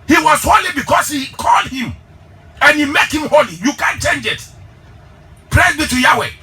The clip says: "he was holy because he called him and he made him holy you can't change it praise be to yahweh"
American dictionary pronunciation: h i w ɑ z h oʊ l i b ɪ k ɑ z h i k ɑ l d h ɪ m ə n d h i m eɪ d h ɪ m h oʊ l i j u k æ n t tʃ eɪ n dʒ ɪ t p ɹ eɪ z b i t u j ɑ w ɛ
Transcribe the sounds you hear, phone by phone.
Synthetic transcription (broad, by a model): h i w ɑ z h oʊ l i b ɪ k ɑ s h i k ɑ l d h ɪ m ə n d h i m eɪ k h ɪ m h oʊ l i j u k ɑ n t tʃ eɪ n dʒ ɪ t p ɹ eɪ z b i t u j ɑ w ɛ